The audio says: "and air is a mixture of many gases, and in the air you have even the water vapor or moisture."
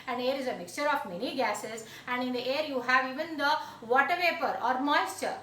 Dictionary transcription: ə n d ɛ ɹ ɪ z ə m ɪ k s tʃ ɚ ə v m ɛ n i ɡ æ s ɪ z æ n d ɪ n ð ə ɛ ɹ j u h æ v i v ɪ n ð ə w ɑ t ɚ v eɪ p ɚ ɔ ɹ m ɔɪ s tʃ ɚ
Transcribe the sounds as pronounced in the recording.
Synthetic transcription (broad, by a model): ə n d ɛ ɹ ɪ z ə m ɪ k s tʃ ɚ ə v m ɛ n i ɡ æ s ɪ z æ n d ɪ n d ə ɛ ɹ j u h æ v i v ɪ n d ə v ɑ t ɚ v eɪ p ɚ ɔ ɹ m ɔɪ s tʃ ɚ